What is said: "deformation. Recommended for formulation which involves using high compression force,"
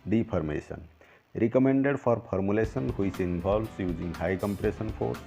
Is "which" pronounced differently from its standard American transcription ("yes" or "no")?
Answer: yes